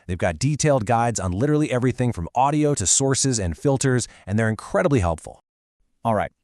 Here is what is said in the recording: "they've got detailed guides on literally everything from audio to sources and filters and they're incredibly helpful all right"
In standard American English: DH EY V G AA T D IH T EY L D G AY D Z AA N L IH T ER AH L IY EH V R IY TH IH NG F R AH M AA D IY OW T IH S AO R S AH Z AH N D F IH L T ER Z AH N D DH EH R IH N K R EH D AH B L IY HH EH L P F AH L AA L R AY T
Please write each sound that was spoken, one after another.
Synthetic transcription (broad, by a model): DH EY V G AA T D IH T EY L D G AY D Z N L IH T ER L IY EH V R IY TH IH NG F R AH M AA D IY OW T IH S AO R S AH Z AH N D F IH L T ER Z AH N DH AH R IH N K R EH D AH B L IY HH EH L P F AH L AA L R AY T